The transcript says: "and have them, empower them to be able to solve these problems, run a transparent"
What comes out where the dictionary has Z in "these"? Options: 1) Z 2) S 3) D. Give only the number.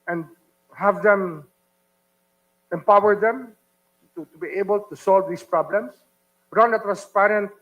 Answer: 2